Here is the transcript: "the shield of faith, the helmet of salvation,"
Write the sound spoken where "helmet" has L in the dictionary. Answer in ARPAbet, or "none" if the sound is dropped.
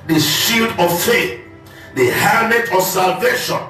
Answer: none